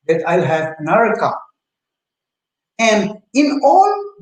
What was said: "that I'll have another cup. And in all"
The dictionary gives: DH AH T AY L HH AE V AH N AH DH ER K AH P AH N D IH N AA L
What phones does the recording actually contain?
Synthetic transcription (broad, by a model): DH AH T AY L HH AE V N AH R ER K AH AH N D IH N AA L